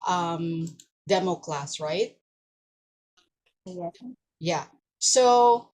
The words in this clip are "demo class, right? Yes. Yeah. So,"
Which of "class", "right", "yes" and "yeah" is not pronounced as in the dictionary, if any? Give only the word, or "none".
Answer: yes